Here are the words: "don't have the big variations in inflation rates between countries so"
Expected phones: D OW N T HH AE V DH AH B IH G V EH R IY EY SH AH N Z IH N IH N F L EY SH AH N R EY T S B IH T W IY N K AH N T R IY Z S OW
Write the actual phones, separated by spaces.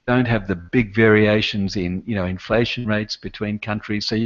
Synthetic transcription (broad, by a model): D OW N T HH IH V DH AH B IH G V EH R IY EY SH AH N Z IH N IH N F L EY SH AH N R EY T S B IH T W IY N K AH N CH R IY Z S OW